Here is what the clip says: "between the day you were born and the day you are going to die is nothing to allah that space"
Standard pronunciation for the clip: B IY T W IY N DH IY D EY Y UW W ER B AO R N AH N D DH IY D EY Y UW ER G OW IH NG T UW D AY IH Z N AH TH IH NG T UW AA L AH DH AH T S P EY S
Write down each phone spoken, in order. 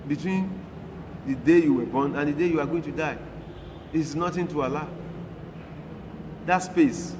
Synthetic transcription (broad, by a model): B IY T W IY N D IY D EY Y UW W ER B AO N AH N D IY D EY Y UW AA G OW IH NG T UW D AY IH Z N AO T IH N T UW AA L AH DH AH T S P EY S